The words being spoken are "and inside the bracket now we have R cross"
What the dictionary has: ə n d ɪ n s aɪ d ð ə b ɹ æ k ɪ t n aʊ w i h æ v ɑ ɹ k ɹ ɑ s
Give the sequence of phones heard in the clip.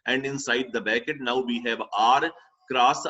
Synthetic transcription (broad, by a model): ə n d ɪ n s aɪ d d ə b æ k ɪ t n aʊ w i h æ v ɑ ɹ k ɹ ɑ s